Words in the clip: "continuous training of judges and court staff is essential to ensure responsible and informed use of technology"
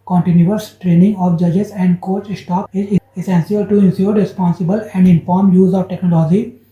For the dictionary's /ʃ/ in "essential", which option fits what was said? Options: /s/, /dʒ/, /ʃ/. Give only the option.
/s/